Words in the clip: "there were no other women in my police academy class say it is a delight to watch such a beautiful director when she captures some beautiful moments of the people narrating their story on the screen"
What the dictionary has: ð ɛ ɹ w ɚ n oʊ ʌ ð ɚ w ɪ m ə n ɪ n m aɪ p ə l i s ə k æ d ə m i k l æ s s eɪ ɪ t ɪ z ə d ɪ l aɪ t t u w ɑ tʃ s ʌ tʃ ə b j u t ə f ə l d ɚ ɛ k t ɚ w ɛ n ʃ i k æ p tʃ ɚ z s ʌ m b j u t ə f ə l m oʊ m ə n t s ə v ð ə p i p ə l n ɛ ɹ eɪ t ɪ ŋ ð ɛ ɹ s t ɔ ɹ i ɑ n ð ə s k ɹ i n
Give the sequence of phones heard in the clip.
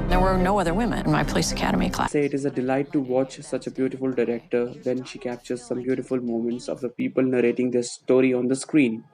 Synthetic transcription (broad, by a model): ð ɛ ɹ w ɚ n oʊ ʌ ð ɚ w ɪ m ə n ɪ n m aɪ p ə l i s ə k æ d ə m i k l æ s s eɪ ɪ t ɪ z ə d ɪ l aɪ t t u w ɑ tʃ s ʌ tʃ ə b j u t ə f ə l d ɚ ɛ k t ɚ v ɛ n ʃ i k æ p tʃ ɚ z s ʌ m b j u t ə f ə l m oʊ m ə n t s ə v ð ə p i p ə l n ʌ ɹ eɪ t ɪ ŋ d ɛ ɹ s t ɔ ɹ i ɑ n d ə s k ɹ i n